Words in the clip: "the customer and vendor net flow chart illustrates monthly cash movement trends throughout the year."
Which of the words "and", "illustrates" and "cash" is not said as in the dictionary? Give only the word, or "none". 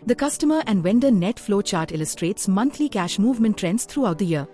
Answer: none